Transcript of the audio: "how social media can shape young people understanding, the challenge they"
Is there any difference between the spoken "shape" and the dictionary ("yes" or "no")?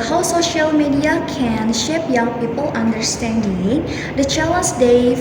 no